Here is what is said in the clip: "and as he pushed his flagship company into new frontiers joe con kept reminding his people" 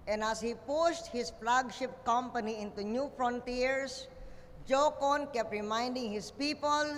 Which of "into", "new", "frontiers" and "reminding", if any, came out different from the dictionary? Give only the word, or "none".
frontiers